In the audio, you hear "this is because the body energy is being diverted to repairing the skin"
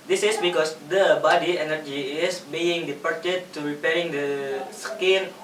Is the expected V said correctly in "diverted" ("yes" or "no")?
no